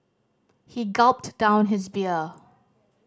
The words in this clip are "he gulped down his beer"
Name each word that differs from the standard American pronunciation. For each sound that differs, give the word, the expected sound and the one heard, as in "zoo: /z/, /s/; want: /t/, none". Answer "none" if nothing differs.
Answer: none